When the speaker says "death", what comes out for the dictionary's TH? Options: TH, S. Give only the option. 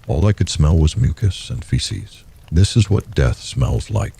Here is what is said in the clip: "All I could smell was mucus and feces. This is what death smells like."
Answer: TH